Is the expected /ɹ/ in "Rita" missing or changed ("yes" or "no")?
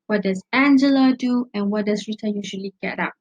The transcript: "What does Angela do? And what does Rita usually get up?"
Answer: no